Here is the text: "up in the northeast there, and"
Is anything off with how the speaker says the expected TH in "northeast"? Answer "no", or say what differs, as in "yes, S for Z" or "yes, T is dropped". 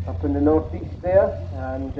no